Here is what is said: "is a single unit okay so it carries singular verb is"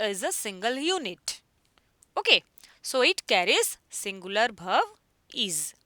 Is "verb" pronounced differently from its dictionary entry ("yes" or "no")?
yes